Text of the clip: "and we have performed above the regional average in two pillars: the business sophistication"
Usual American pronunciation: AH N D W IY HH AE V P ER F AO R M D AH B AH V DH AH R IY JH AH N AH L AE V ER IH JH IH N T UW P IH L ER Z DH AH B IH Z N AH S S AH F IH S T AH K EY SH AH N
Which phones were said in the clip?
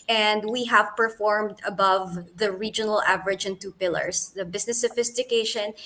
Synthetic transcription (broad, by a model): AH N D W IY HH AE V P ER F AO R M D AH B AH V DH AH R IY JH AH N AH L AE V ER IH JH IH N T UW P IH L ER S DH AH B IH S N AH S S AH F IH S T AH K EY SH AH N